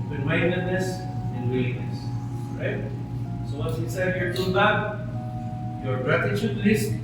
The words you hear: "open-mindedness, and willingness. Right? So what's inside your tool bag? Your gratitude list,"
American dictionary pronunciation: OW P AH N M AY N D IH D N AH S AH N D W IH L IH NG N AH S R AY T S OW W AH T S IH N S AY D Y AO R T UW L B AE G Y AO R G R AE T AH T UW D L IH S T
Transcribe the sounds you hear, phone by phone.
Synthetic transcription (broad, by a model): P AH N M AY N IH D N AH S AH N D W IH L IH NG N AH S R AY T S OW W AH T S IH S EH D Y AO R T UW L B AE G Y AO R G R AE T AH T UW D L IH S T